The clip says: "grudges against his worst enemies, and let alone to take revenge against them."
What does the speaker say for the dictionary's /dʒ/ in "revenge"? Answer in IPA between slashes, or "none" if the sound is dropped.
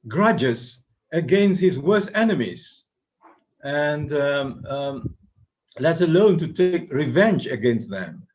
/dʒ/